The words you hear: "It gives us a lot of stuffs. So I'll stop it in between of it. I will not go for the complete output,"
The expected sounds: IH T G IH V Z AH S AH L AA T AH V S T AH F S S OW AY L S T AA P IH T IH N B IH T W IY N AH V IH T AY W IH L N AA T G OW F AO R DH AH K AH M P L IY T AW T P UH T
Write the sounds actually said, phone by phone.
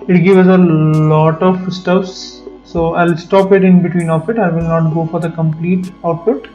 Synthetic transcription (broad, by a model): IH T G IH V AH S AH L AA T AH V S T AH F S S OW AY L S T AA P IH T IH N B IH T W IY N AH F IH T AY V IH L N AA T G OW F AO R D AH K AH M P L IY T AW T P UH T